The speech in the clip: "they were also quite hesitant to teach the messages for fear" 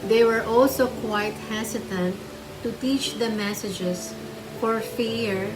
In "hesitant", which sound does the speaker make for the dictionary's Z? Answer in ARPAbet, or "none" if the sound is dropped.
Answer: S